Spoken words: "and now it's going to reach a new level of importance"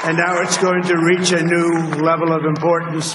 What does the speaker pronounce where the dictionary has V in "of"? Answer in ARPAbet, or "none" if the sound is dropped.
V